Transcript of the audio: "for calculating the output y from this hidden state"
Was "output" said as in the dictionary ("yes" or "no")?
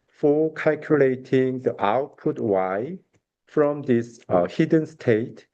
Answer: yes